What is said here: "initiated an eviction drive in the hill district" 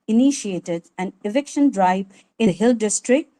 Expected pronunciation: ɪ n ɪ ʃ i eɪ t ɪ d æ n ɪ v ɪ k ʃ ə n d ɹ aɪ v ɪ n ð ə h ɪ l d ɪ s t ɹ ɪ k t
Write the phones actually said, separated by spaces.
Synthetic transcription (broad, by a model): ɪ n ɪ ʃ i eɪ t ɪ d æ n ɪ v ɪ k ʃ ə n d ɹ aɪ ɪ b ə h ɪ l d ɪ s t ɹ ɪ k t